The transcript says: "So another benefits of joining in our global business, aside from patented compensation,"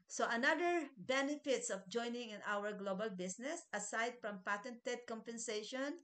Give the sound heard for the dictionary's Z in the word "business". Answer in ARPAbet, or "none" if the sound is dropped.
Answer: S